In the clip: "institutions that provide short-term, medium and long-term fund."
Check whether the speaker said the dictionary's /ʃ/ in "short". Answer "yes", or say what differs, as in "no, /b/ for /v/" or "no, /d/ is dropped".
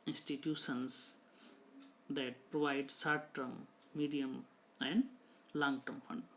no, /s/ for /ʃ/